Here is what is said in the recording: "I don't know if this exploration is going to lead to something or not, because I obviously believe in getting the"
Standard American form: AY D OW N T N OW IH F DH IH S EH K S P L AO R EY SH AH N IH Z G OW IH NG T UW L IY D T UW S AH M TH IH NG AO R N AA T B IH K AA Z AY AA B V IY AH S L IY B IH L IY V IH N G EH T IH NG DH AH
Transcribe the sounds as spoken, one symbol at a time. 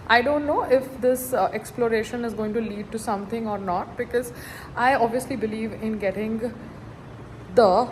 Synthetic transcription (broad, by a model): AY D OW N T N OW IH F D IH S EH K S P L AO R EY SH AH N IH Z G OW IH NG T UW L IY D T UW S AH M T IH NG AO R N AA T B IH K AA Z AY AA B V IY AH S L IY B IH L IY V IH N G EH T IH NG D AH